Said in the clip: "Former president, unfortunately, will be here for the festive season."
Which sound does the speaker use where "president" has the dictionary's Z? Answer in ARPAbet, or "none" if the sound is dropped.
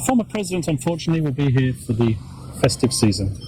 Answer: Z